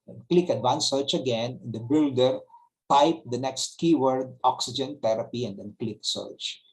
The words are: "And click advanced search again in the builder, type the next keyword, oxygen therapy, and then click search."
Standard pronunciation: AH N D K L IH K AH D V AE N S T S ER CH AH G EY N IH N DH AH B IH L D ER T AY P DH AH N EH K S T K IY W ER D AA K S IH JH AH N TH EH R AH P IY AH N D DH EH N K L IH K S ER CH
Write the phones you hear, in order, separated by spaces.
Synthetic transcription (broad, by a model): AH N K L IH K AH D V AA N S S ER CH AH G EY N IH N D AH B IH L D ER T AY P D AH N EH K S T K IY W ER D AA K S IH JH AH N T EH R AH P IY AH N D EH N K L IH K S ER CH